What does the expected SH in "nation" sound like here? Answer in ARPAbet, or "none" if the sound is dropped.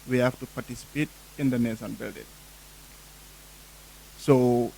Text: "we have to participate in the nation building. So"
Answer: S